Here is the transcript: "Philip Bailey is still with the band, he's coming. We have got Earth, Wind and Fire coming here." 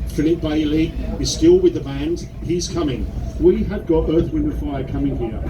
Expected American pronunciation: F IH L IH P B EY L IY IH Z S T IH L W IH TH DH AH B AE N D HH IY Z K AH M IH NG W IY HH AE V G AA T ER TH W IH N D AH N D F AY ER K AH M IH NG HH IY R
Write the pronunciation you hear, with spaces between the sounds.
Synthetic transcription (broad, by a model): F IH L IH P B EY L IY IH Z S T IH L W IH DH AH B AE N D HH IY Z K AH M IH NG W IY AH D G AA T ER TH W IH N AH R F AY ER K AH M IH NG HH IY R